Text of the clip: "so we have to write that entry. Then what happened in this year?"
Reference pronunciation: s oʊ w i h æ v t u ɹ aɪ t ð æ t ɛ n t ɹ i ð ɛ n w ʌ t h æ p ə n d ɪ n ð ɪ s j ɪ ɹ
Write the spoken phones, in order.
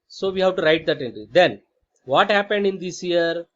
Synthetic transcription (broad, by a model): s oʊ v i h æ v t u ɹ aɪ t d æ t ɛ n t ɹ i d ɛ n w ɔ t h æ p ə n d ɪ n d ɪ s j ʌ ɹ